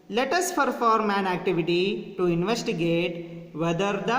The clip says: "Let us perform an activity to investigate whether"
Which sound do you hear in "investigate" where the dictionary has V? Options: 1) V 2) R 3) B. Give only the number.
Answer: 1